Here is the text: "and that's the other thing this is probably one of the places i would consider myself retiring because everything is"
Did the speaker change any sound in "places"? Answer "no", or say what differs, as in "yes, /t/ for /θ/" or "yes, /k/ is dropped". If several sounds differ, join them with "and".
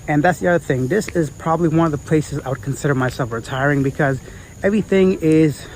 no